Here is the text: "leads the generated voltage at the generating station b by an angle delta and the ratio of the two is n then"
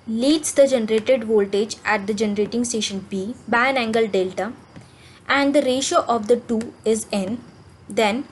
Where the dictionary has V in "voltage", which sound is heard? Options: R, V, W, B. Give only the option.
V